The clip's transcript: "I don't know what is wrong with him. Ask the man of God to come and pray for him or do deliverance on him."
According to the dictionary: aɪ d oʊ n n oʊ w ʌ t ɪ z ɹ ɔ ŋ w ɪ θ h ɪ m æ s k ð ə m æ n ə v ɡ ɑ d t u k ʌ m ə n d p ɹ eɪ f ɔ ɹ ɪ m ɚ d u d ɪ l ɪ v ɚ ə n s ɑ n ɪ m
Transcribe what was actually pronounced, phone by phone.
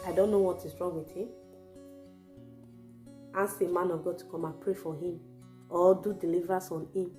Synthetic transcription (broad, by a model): aɪ d oʊ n n oʊ w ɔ t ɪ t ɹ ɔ w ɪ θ h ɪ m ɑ s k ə m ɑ n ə ɡ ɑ t u k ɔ m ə n p ɹ eɪ f ɔ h ɪ m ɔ d u d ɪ l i v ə s ɑ n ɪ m